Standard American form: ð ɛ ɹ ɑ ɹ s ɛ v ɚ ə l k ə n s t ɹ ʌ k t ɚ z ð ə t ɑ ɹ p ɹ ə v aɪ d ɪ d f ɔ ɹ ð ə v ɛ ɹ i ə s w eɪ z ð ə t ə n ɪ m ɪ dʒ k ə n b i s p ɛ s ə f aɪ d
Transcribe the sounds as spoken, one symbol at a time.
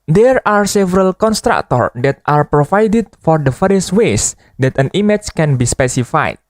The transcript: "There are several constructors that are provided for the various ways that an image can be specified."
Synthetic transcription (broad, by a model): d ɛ ɹ ɑ ɹ s ɛ v ɚ ə l k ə n s t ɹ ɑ k t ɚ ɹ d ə t ɑ ɹ p ɹ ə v aɪ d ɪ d f ɔ ɹ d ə f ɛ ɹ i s w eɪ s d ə t ə n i m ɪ tʃ k ə n b i s p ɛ s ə f aɪ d